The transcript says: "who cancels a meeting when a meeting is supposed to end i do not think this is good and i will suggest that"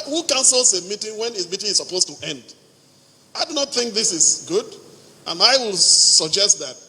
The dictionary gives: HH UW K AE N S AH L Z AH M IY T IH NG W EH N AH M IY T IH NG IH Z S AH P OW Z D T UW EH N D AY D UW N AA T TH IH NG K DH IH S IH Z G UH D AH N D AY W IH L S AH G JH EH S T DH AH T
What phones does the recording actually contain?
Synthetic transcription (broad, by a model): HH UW K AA N S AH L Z AH M IY T IH NG W EH N AH M IY T IH NG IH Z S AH P OW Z T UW EH N D AY D UW N AA T TH IH NG K DH IH S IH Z G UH D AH N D AY W IH L S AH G JH EH S T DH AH T